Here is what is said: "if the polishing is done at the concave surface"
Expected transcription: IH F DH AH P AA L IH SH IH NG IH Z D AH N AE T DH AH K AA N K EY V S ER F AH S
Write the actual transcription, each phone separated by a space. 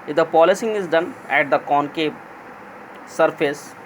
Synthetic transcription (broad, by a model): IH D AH P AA L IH S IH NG IH Z D AH N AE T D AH K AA N K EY P S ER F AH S